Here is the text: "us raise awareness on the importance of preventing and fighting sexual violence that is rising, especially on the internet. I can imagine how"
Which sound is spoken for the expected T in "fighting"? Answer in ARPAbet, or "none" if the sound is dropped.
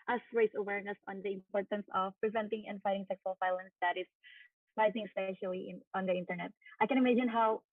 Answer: T